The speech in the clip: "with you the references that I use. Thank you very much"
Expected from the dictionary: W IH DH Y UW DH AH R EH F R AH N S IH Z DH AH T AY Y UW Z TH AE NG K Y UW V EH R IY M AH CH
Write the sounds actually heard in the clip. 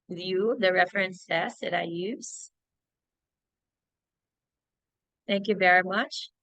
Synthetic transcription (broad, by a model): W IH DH Y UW DH AH R EH F R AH N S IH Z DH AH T AY Y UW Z TH AE NG K Y UW V EH R IY M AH CH